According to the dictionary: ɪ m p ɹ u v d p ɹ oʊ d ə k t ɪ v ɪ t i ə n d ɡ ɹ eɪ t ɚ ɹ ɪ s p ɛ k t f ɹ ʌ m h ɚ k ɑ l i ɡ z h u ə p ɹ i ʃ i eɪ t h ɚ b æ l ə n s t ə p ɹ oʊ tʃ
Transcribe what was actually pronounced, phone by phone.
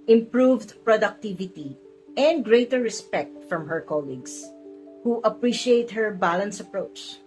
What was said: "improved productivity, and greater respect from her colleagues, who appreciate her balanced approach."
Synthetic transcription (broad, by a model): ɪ m p ɹ u v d p ɹ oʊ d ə k t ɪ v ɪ t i ə n d ɡ ɹ eɪ t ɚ ɹ ɪ s p ɛ k t f ɹ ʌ m h ɚ k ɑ l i ɡ s h u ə p ɹ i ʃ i eɪ t h ɚ b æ l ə n s ə p ɹ oʊ tʃ